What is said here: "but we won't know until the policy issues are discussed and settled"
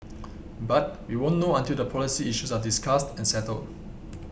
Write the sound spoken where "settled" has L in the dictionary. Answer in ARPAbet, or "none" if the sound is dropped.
L